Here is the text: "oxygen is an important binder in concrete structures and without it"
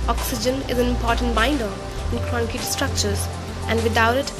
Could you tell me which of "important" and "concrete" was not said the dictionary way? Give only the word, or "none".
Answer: concrete